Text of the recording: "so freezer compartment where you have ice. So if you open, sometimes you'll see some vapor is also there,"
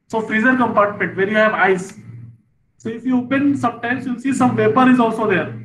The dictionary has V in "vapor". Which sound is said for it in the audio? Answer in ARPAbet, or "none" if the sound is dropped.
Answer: P